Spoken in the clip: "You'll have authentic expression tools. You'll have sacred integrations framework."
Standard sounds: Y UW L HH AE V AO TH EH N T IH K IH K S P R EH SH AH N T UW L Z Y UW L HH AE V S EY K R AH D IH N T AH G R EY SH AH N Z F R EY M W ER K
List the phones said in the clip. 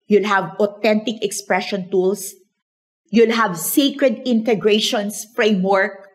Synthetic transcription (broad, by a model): Y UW L HH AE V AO T EH N T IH K IH K S P R EH SH AH N T UW L S Y UW L HH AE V S EY K R AH D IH N T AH G R EY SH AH N S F R EY M W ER K